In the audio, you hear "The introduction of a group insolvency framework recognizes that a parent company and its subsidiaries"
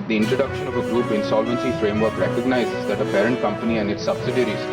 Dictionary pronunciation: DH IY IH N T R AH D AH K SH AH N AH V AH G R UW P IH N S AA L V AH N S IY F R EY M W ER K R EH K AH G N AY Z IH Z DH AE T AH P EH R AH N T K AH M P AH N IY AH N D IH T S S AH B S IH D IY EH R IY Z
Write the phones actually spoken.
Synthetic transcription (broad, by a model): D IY IH N T R AH D AH K SH AH N AH V AH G UW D IH N S AA L V AH N S IY F R EY M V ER K R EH K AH G N AY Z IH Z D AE T AH P EH R AH N T K AH M P AH N IY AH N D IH T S S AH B S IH D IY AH R IY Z